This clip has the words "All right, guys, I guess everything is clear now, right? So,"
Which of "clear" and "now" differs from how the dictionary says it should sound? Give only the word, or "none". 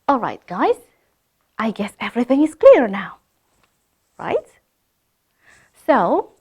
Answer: none